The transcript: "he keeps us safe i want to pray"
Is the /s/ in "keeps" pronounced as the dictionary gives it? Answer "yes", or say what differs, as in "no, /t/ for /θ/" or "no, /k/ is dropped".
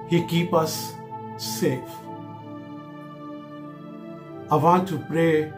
no, /s/ is dropped